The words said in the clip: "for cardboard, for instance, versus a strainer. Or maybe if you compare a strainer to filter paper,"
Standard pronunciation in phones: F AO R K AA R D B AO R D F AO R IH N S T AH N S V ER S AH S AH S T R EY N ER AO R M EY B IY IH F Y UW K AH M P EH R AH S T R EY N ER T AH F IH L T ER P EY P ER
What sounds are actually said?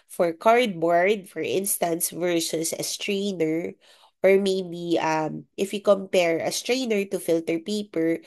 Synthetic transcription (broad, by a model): F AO R K AA R D B AO R D F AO R IH N S T AH N S V ER S AH S AH S T R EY N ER AO R M EY B IY IH F Y UW K AH M P EH R AH S T R EY N ER T AH F IH L T ER P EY P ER